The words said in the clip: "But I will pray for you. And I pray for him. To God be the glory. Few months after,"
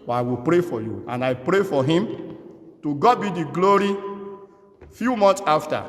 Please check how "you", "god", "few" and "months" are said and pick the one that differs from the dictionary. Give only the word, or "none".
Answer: months